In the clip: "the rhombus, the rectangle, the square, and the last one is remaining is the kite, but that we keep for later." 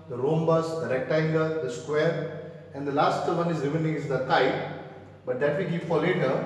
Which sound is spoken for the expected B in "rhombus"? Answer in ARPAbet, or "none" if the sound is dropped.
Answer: B